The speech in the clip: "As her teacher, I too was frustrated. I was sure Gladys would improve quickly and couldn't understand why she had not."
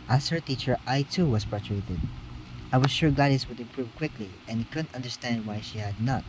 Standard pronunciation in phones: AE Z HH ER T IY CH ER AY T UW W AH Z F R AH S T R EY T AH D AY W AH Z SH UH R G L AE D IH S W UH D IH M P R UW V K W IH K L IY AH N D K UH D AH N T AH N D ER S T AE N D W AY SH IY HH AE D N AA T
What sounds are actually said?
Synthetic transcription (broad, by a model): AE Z HH ER T IY CH ER AY T UW W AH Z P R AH T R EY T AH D AY W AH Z SH UH R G AA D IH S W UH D IH M P R UW V K W IH K L IY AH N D K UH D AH N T AH N D ER S T AE N D W AY SH IY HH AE D N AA T